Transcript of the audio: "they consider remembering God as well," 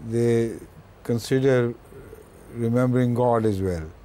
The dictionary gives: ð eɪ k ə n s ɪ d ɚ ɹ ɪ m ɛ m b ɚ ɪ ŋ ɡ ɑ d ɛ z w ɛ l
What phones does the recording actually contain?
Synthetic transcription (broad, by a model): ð eɪ k ə n s ɪ d ɚ ɹ ɪ m ɛ m b ɚ ɪ ŋ ɡ ɑ d ɛ z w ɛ l